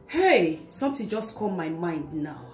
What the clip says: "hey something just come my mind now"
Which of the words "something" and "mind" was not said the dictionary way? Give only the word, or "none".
something